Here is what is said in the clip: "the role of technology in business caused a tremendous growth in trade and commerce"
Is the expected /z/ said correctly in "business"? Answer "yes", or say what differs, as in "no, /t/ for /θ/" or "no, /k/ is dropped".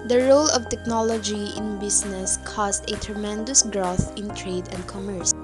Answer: no, /s/ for /z/